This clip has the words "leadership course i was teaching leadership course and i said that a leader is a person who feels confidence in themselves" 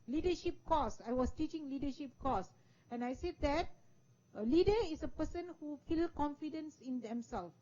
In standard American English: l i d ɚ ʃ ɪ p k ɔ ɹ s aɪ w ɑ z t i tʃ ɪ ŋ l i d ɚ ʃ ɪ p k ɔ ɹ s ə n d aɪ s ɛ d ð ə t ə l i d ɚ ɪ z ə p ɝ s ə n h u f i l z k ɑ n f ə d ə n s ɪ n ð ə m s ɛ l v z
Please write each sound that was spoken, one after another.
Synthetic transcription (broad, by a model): l i d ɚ ʃ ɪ p k ɔ s aɪ w ɑ s t i tʃ ɪ ŋ l i d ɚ ʃ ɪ p k ɔ s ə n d aɪ s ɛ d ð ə t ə l i d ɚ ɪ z ə p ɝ s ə n h u f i l k ɑ n f ə d ə n s ɪ n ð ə m s ɛ l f